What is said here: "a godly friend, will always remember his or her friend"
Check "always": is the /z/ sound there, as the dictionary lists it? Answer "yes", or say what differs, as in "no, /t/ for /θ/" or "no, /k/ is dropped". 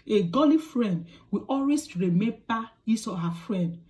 no, /s/ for /z/